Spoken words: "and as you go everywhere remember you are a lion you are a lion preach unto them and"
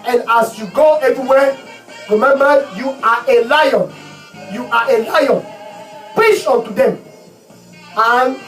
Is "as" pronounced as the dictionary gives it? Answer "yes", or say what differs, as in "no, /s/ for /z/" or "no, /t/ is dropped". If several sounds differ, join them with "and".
no, /s/ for /z/